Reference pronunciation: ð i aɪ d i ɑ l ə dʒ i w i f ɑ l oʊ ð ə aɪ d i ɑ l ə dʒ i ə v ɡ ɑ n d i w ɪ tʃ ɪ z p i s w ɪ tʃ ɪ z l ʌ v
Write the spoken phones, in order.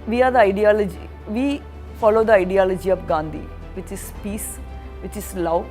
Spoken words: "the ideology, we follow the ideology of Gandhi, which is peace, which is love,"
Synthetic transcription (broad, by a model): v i aɪ d i ɑ l ə dʒ i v i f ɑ l oʊ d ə aɪ d i ɑ l ə dʒ i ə p ɡ ɑ n d i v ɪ tʃ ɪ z p i s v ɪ tʃ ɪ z l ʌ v